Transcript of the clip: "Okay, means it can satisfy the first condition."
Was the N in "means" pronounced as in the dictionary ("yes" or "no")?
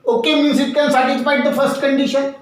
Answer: no